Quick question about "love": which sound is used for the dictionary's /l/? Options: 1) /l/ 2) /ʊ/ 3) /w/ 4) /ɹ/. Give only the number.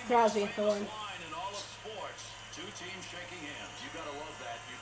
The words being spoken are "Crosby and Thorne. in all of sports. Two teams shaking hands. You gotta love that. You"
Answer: 3